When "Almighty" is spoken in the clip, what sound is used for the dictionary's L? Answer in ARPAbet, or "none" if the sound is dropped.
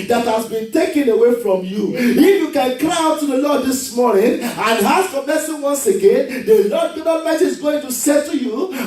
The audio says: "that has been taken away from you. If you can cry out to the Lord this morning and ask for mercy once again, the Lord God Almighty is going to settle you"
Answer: none